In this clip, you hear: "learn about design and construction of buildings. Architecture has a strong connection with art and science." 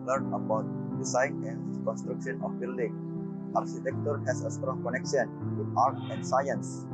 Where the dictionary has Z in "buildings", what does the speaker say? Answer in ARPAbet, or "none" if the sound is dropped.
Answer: none